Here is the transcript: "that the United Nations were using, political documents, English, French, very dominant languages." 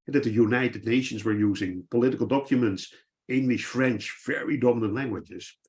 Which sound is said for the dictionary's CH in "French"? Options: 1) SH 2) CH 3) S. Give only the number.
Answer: 2